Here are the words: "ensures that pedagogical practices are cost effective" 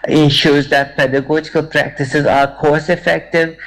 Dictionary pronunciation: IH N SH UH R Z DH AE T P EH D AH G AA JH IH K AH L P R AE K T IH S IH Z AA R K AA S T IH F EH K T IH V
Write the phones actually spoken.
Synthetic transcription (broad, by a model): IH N SH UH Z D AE T P EH D AH G AA JH IH K AH L P R AE K T IH S IH Z AA R K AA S IH F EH K T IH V